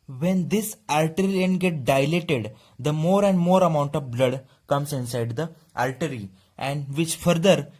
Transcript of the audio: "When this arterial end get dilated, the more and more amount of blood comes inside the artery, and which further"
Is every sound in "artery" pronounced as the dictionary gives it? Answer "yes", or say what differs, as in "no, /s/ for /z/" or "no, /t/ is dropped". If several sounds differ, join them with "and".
no, /l/ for /ɹ/